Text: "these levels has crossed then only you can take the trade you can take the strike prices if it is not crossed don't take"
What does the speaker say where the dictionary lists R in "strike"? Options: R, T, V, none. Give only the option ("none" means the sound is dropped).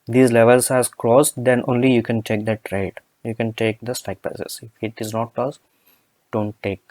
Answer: none